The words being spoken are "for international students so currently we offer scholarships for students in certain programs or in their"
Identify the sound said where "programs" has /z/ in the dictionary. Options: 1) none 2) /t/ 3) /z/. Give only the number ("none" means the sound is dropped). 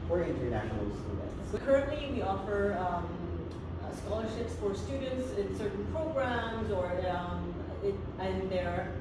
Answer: 3